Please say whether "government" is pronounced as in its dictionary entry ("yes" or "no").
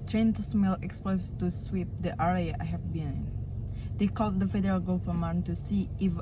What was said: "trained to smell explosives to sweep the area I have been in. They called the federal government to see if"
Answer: no